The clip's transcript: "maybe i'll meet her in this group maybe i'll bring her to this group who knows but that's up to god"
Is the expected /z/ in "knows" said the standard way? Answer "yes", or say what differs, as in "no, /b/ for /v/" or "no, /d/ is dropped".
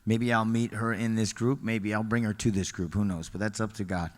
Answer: yes